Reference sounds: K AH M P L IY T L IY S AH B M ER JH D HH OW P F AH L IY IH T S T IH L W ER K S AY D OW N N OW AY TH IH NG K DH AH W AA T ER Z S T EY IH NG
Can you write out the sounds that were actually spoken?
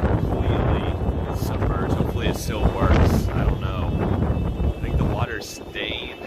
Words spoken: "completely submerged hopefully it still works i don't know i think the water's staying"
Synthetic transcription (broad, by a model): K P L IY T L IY S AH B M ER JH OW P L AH IY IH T S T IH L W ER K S AY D OW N N OW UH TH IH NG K DH AH W AA T ER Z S T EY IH